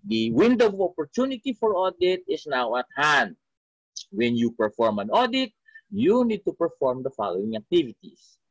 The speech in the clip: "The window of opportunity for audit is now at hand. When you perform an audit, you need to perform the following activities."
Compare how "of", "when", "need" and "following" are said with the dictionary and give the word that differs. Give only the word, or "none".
of